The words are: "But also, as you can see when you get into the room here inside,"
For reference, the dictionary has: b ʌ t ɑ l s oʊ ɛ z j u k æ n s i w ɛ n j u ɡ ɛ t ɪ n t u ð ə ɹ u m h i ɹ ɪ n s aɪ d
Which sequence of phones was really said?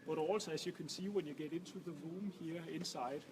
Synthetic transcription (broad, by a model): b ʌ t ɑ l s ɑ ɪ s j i k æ n s i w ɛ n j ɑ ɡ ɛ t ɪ n s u ð ə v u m h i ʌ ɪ n s aɪ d